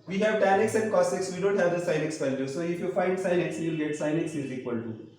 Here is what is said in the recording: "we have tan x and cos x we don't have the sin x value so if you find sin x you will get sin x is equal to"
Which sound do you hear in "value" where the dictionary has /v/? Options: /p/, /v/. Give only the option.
/p/